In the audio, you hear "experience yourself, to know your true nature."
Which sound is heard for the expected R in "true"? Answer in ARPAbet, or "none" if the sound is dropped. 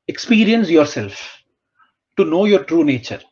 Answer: R